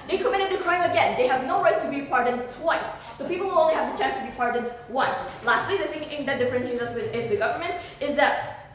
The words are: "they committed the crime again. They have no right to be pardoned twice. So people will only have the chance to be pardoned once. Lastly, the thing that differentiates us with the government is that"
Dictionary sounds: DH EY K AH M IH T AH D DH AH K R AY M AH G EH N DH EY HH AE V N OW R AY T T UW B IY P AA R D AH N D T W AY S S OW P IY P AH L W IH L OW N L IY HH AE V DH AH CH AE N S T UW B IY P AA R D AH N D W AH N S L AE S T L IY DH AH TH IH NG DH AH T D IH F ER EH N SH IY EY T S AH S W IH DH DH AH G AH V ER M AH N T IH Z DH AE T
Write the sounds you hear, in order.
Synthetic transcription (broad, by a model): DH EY K AH M IH T AH D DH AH K R AY M AH G EH N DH EY HH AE V N OW R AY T T UW B IY P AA R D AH N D T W AY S S OW P IY P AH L W IH L OW N L IY HH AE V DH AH CH AE N S T UW B IY P AA R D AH N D W AH N S L AE S T L IY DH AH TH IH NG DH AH T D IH F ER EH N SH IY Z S AH S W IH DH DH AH G AH V ER M AH N T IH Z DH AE T